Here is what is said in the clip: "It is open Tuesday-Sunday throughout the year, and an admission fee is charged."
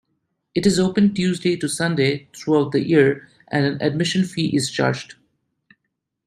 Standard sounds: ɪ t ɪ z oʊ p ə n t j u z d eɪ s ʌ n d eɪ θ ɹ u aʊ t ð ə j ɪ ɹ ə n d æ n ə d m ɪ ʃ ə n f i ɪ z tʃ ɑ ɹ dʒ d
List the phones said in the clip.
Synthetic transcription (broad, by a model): ɪ t ɪ z oʊ p ə n t j u z d eɪ s ʌ n d eɪ t ɹ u aʊ t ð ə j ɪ ɹ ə n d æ n ə d m ɪ ʃ ə n f i ɪ z tʃ ɑ ɹ dʒ d